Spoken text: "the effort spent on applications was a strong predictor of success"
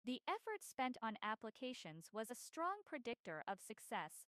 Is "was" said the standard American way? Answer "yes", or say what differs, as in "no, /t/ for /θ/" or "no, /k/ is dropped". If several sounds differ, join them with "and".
yes